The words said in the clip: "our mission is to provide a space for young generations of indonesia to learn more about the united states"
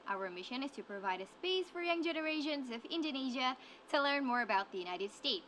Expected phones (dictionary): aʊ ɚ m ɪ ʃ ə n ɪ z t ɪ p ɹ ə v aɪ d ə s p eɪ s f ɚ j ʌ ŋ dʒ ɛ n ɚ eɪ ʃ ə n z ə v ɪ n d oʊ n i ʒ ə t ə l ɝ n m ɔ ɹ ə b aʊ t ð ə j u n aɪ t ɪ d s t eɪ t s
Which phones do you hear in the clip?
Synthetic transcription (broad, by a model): aʊ ɚ m ɪ ʃ ə n ɪ z t ɪ p ɹ ə v aɪ d ə s p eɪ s f ɚ j ʌ ŋ dʒ ɛ n ɚ eɪ ʃ ə n z ə v ɪ n d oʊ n i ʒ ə t ə l ɝ n m ɔ ɹ ə b aʊ t ð ə j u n aɪ t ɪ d s t eɪ t s